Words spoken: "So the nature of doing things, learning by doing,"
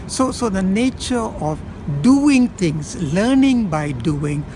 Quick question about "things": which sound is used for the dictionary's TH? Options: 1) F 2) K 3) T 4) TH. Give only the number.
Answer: 3